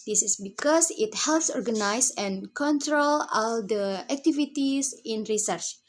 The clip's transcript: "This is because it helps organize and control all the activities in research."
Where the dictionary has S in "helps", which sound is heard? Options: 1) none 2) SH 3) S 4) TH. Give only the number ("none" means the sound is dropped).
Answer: 3